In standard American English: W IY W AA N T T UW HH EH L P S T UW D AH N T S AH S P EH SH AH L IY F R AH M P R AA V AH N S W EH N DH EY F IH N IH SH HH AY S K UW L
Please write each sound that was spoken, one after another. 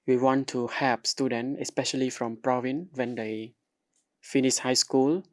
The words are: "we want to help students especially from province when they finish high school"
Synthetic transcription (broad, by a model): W IY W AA N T T UW HH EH P S T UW D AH N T AH S P EH SH AH L IY F R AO M P R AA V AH N W EH N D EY F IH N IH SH HH AY S K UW L